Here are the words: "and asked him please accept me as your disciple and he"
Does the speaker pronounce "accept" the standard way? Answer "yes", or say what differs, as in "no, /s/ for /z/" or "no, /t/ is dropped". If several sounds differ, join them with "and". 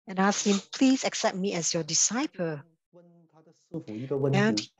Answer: yes